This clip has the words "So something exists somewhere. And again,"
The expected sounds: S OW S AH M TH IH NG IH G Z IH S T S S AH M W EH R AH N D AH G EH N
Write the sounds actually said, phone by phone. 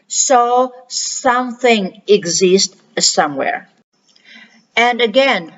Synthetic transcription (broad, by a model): S OW S AH M TH IH NG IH G Z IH S T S S AH M W EH R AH N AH G EH N